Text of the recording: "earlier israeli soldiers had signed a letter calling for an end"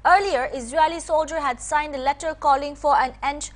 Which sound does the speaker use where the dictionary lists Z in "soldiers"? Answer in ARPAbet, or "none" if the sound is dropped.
none